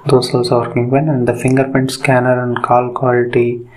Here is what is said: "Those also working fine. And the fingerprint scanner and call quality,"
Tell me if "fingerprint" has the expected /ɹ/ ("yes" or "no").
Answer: no